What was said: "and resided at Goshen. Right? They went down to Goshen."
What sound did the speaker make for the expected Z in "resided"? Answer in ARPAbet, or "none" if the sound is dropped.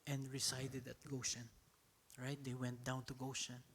S